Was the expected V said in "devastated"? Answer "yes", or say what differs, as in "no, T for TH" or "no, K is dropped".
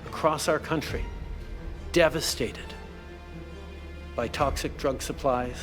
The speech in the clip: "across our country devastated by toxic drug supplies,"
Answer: yes